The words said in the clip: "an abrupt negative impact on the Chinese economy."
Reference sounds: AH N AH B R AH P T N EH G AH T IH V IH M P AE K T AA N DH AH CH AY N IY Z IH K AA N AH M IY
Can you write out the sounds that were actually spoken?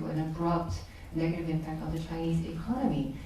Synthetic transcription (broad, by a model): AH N AH B R AH P T N EH G AH T IH V IH M P AE K T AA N DH AH CH AY N IY Z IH K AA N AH M IY